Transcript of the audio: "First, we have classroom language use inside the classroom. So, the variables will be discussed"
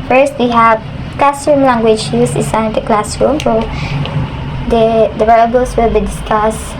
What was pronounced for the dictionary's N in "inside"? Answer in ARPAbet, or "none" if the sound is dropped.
none